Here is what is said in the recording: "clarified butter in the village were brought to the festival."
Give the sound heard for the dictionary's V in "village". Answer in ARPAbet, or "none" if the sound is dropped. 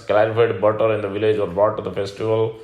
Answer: V